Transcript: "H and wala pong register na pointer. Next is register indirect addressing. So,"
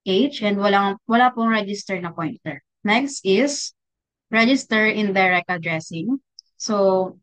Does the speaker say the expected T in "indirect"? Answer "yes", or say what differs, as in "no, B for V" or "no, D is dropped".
no, T is dropped